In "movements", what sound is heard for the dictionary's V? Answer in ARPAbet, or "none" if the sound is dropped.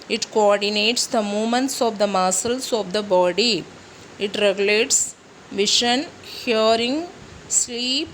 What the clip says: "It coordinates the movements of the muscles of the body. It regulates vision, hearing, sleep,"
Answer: none